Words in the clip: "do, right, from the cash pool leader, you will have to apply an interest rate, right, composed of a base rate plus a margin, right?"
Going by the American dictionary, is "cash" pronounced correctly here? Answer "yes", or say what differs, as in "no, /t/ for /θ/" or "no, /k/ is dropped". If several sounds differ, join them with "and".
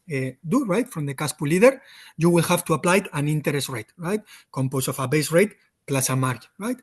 no, /s/ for /ʃ/